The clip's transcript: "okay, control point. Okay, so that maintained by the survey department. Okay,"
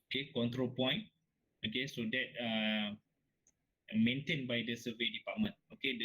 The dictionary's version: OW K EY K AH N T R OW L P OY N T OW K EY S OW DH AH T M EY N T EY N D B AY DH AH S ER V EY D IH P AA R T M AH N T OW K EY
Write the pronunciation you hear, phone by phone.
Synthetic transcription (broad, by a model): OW K EY K AH N T R OW L P OY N OW K EY S OW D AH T M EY N T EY N B AY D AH S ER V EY D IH P AA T M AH N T OW K EY